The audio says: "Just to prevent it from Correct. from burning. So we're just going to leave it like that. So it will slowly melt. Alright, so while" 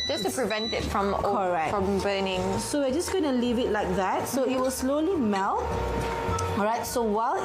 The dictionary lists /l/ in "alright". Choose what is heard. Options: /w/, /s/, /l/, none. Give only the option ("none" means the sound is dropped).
none